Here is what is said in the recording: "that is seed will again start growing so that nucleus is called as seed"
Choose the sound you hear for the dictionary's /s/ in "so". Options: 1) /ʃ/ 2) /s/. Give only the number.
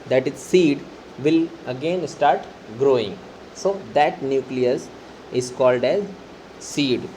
2